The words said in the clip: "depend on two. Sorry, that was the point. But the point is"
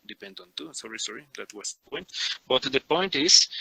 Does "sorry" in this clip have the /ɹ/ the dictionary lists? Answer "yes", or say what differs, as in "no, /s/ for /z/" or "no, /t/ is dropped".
yes